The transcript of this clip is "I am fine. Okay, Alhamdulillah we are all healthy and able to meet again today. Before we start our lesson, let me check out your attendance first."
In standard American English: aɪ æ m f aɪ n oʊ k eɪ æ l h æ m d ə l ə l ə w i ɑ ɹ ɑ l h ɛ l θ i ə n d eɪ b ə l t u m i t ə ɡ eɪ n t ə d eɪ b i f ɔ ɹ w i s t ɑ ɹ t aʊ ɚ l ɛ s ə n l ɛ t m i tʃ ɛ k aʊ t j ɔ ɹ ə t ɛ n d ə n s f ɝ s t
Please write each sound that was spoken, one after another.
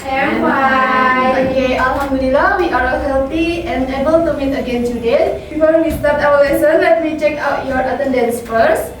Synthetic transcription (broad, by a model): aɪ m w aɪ oʊ k eɪ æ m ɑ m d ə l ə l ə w i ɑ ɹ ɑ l h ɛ l t i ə n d eɪ b ə l t u m i t ə ɡ eɪ n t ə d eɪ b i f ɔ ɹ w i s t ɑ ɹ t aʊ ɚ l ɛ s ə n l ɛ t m i tʃ ɛ k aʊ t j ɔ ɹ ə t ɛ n d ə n s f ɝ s